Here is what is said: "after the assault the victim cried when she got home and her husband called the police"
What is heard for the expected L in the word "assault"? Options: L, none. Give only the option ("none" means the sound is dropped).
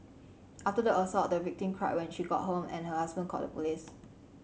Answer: none